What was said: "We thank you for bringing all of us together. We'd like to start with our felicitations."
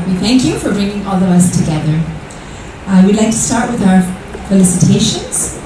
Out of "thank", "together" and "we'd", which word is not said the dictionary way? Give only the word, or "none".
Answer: none